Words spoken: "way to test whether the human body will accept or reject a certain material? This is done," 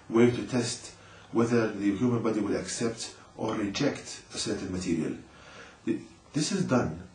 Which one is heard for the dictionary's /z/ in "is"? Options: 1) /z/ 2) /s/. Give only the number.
1